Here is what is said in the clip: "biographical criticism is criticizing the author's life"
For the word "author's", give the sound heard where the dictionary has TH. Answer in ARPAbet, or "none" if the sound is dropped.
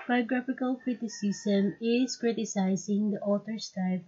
T